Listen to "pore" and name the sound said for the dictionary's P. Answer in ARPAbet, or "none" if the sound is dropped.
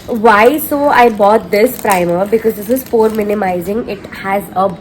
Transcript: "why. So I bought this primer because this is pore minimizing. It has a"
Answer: F